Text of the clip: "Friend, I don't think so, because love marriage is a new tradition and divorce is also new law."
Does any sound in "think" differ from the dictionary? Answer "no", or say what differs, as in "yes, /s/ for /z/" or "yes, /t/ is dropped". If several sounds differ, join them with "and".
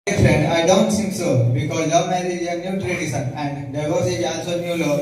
yes, /s/ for /θ/